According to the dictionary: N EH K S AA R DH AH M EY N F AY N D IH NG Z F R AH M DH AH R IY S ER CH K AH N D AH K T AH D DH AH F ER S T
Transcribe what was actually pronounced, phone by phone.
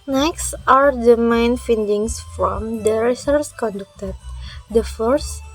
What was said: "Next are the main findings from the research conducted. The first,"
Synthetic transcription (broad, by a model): N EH K S AA R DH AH M EY N F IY N D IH NG S F R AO M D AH R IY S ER S K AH N D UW K T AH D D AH F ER S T